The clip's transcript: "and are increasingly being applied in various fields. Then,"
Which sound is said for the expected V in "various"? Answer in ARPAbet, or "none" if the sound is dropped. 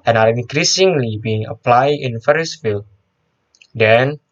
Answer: F